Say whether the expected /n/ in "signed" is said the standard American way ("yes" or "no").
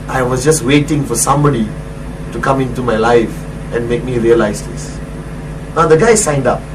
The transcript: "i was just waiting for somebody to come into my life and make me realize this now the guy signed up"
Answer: yes